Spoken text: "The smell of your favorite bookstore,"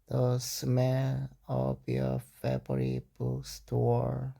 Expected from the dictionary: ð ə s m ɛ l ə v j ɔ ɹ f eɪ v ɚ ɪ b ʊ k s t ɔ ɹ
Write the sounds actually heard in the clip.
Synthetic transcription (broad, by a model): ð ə s m ɛ l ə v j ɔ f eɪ b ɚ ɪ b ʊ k s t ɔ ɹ